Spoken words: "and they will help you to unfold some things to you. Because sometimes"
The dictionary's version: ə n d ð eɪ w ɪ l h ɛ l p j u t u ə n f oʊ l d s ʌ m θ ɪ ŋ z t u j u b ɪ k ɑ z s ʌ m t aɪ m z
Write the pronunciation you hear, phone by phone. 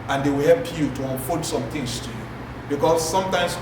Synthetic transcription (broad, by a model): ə n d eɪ w ɪ l h ɛ l p j u t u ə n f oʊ d s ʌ m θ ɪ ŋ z t u j u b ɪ k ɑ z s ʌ m t aɪ m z